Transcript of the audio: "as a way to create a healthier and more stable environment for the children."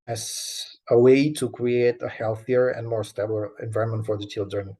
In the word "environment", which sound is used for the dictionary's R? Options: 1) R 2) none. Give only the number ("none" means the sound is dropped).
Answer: 2